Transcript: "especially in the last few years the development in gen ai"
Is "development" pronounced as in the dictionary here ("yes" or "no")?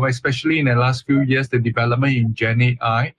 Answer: no